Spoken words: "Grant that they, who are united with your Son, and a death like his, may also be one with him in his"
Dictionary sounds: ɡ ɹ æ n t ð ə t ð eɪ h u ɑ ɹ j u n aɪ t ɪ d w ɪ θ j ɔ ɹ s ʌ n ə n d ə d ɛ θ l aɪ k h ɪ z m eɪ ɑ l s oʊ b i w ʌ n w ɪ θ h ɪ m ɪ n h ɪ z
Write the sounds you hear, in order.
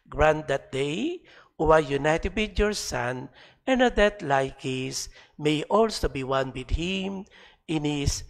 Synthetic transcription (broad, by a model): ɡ ɹ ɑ n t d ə t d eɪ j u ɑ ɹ j u n aɪ t ɪ d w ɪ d j ɔ ɹ s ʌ n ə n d ə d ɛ t l aɪ k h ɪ s m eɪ ɑ l s oʊ b i w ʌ n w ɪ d h ɪ m ɪ n h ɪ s